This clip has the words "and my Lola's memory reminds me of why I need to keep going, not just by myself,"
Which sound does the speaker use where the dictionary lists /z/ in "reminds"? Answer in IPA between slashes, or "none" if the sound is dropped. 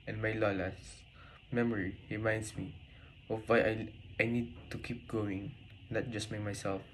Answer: /s/